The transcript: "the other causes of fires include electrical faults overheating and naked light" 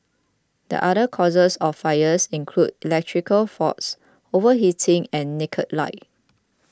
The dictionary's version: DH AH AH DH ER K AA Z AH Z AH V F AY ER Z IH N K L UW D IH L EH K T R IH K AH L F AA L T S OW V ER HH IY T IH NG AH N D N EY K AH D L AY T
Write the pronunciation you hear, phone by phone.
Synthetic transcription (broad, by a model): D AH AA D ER K AA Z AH S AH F AY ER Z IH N K L UW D IH L EH K T R IH K AH L F AA T S OW V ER HH IY T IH NG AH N N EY K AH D L AY